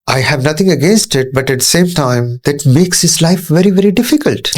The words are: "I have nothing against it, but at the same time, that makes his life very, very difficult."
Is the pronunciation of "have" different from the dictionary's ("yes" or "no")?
no